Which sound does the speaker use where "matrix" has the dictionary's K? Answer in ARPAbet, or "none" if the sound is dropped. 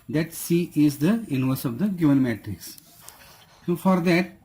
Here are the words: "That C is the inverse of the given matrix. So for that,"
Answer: K